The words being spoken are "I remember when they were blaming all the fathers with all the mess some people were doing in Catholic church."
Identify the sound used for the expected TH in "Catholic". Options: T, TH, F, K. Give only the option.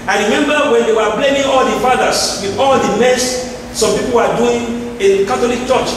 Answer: T